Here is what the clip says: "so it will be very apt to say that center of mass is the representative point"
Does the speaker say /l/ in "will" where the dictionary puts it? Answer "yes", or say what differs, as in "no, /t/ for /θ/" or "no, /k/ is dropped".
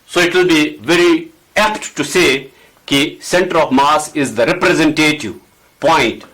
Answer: yes